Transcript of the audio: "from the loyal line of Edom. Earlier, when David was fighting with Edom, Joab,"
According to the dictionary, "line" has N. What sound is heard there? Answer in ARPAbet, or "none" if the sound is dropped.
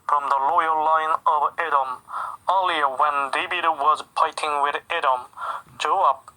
N